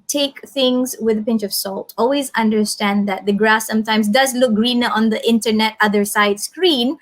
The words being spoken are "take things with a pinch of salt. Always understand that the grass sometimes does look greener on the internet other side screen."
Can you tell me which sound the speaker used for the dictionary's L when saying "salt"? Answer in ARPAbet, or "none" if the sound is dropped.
L